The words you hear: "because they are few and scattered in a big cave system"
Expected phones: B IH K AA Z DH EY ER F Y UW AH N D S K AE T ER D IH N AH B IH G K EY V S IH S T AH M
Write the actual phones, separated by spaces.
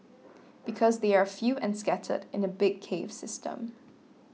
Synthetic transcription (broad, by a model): B IH K AA Z DH EY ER F Y UW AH N S K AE T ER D IH N AH B IH G K EY V S IH S T AH M